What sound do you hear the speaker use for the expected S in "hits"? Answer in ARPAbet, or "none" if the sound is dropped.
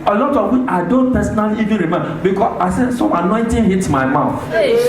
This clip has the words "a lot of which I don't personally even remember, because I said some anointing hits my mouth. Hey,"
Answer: none